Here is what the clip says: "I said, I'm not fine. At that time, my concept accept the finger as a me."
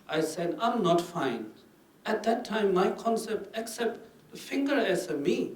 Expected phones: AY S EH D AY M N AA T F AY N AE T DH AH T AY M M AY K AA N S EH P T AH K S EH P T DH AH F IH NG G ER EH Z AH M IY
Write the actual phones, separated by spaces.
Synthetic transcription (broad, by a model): AY S EH D AY M N AA T F AY N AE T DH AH T AY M M AY K AA N S EH P T AH K S EH P T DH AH F IH NG G ER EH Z AH M IY